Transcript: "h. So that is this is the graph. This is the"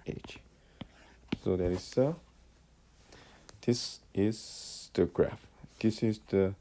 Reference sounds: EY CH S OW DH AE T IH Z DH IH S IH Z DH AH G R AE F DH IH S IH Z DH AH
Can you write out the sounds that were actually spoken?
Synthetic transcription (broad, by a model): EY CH S OW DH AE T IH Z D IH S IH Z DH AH G R AE F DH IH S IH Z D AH